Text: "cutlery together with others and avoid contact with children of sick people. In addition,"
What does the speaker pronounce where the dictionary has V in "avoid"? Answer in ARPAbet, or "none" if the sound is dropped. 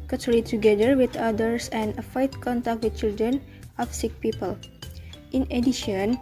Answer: F